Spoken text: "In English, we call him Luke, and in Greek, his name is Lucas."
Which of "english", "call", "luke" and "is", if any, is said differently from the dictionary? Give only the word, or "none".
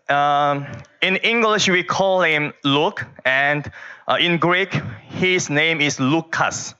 is